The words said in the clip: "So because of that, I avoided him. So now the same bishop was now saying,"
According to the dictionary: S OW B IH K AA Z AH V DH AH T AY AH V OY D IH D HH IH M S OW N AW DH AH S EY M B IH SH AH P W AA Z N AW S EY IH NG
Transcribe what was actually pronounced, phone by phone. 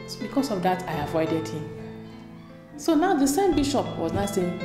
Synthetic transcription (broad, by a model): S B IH K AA S AH V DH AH T AY AH V OY D IH D HH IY M S OW N AW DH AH S EY M B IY SH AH P W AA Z N AW S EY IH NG